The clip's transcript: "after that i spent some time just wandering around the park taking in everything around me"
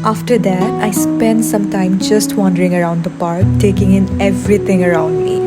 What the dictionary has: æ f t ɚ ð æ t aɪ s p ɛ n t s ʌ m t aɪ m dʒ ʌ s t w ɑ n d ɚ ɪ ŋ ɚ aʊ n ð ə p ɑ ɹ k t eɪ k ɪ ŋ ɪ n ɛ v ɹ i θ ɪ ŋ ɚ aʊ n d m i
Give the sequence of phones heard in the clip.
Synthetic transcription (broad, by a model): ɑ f t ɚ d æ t aɪ s p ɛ n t s ʌ m t aɪ m dʒ ʌ s t w ɑ n d ɚ ɪ ŋ ɚ aʊ n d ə p ɑ ɹ k t eɪ k ɪ ŋ ɪ n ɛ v ɹ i t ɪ ŋ ɚ aʊ n d m i